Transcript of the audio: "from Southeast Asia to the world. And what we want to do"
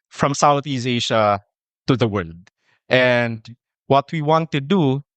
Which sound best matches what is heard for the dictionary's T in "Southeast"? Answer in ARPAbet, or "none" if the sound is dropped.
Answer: none